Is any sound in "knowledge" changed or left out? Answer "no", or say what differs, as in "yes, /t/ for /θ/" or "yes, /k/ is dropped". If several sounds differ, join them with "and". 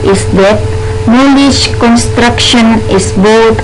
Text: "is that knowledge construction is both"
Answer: yes, /ʃ/ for /dʒ/